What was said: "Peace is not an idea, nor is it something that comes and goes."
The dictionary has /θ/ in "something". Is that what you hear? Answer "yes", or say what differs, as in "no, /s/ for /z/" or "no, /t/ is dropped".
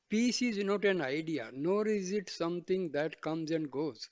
no, /t/ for /θ/